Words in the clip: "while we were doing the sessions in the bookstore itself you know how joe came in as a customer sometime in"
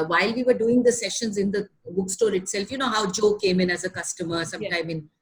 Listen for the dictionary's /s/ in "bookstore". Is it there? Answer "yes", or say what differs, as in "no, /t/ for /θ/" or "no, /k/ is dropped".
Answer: yes